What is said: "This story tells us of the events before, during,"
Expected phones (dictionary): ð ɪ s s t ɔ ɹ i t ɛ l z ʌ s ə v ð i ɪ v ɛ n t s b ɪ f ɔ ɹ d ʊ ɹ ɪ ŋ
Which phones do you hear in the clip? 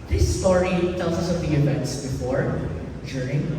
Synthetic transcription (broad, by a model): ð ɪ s s t ɔ ɹ i t ɛ l s ʌ s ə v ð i ɪ v ɛ n t s b ɪ f ɔ ɹ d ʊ ɹ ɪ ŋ